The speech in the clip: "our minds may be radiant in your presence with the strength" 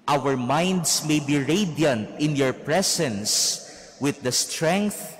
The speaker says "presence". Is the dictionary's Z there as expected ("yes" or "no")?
no